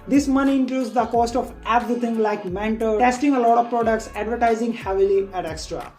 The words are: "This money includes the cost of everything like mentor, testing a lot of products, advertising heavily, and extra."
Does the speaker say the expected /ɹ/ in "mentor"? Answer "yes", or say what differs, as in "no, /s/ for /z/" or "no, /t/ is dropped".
no, /l/ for /ɹ/